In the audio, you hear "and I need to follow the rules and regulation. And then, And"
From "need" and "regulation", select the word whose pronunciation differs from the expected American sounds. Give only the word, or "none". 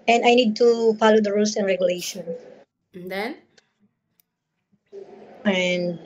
regulation